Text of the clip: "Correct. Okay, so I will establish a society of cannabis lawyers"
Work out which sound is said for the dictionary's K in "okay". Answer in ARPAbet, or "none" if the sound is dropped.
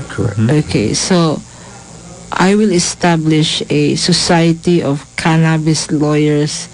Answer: K